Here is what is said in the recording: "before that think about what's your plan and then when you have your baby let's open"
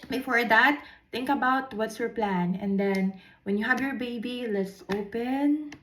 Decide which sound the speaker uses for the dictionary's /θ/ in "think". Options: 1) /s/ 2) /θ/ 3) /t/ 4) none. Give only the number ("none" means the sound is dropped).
3